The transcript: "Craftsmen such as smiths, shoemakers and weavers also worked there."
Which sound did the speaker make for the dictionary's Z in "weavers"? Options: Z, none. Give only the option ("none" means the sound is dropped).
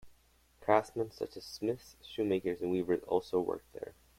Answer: Z